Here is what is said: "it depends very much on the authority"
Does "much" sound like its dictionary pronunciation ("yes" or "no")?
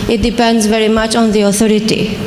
yes